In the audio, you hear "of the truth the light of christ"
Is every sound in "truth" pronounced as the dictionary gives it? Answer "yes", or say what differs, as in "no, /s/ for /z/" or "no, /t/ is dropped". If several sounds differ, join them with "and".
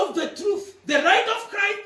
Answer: yes